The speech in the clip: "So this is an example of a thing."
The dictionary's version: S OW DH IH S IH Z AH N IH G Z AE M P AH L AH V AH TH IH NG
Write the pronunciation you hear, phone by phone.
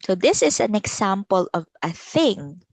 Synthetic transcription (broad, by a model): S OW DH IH S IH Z AH N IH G S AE M P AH L AH V AH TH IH NG